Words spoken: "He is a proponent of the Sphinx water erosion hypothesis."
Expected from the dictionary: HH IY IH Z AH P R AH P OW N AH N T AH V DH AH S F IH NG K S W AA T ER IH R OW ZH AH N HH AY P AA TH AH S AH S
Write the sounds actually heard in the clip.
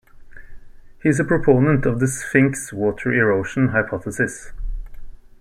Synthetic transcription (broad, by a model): HH IY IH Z AH P R AH P OW N AH N T AH V DH AH S F IH NG K S W AA T ER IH R OW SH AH N HH AY P AA TH AH S AH S